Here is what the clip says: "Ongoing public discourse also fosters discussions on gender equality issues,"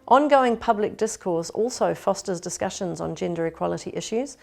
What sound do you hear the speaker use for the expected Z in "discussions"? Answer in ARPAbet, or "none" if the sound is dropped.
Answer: Z